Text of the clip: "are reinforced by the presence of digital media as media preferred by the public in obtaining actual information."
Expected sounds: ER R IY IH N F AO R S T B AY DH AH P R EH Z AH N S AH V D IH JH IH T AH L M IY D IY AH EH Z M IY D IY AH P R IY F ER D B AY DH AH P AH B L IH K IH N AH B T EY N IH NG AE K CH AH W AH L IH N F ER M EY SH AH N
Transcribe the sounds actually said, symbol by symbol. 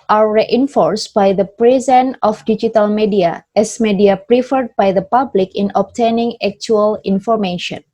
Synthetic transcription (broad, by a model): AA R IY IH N F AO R S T B AY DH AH P R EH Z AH N AH F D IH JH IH T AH L M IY D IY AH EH S M IY D IY AH P R IY F ER D B AY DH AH P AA B L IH K IH N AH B T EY N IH NG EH K CH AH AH L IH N F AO M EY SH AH N